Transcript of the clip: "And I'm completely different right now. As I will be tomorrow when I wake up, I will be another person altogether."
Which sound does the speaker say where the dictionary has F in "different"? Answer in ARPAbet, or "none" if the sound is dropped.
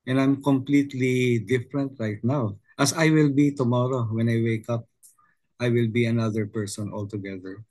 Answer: F